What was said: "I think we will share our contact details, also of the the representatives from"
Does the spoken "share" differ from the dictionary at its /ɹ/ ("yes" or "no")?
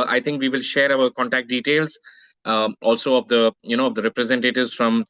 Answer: no